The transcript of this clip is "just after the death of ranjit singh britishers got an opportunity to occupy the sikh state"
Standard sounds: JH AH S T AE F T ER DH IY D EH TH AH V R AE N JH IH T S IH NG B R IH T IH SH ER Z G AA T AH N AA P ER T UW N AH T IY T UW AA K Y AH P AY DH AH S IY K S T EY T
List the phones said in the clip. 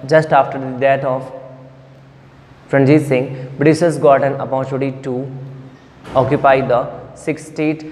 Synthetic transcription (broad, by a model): JH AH S T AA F T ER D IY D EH T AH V R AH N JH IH S IH NG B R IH S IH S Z G AA T AH N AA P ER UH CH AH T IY T UW AA K Y AH P AY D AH S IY K S T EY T